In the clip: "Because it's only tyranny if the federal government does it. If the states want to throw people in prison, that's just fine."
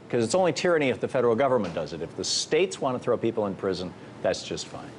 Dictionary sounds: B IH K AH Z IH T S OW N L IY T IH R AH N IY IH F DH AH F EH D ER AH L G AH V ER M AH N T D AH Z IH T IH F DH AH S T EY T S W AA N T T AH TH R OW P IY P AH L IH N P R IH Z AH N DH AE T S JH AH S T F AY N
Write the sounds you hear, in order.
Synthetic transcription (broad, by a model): K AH Z IH T S OW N L IY T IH R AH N IY IH F DH AH F EH D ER L G AH V ER M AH N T D AH Z IH T IH F DH AH S T EY T S W AA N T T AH TH R OW P IY P L IH N P R IH Z AH N DH AE T S JH AH S T F AY N